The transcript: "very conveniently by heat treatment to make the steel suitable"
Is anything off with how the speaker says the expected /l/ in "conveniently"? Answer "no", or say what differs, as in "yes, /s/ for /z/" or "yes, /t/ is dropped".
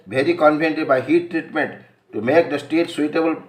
yes, /l/ is dropped